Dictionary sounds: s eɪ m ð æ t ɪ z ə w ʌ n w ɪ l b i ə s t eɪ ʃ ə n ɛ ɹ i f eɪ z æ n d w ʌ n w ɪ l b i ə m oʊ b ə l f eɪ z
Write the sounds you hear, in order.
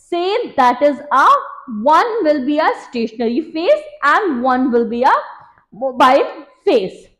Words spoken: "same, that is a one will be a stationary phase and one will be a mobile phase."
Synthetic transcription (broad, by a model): s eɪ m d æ t ɪ z ə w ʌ n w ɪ l b i ə s t eɪ ʃ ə n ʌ ɹ i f eɪ s æ n d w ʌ n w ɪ l b i ə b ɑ ə n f eɪ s